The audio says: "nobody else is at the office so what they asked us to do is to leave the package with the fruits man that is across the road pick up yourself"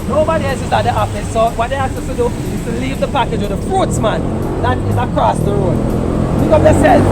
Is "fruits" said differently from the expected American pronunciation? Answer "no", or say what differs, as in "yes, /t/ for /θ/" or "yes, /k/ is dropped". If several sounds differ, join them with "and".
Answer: no